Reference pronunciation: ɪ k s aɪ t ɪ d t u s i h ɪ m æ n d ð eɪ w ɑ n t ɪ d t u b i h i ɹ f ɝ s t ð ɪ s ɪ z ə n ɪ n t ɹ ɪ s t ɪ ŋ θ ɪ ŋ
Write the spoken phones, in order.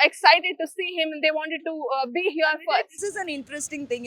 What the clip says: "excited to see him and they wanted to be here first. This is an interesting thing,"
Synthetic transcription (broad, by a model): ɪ k s aɪ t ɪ d t u s i h ɪ m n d eɪ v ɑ n t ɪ d t u b i h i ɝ t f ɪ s ɪ z ə n ɪ n t ɹ ɪ s t ɪ ŋ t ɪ ŋ